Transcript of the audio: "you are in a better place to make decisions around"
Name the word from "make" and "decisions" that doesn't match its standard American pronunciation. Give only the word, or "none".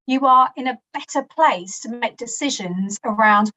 none